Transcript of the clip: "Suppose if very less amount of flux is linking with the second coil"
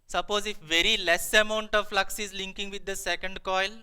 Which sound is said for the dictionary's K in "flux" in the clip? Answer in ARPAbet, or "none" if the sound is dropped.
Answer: K